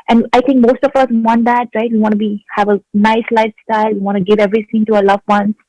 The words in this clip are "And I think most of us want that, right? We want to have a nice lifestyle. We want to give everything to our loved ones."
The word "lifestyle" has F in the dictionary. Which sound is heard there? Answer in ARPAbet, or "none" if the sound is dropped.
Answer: F